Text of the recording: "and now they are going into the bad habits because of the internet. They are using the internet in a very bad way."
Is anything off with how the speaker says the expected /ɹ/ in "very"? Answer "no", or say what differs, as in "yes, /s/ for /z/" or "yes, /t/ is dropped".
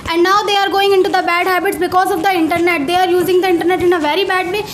no